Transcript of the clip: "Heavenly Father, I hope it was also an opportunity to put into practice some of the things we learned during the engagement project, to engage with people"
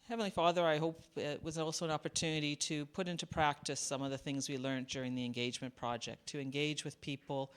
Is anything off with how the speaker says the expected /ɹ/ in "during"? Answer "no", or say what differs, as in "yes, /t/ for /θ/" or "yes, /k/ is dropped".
no